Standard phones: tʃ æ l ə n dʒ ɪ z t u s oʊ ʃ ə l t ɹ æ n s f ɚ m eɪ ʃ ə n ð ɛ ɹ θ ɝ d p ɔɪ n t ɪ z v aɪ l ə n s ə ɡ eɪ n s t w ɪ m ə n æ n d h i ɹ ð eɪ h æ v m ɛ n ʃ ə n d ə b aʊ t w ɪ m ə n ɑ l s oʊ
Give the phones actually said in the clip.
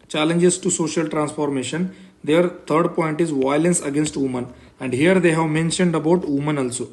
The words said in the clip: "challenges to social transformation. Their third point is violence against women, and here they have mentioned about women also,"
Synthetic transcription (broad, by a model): tʃ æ l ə n dʒ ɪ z t u s oʊ ʃ ə l t ɹ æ n s f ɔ m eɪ ʃ ə n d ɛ ɹ t ɝ d p ɔɪ n t ɪ z v aɪ l ə n s ə ɡ eɪ n s t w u m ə n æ n d h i ɹ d eɪ h æ v m ɛ n ʃ ə n d ə b aʊ t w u m ə n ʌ l s oʊ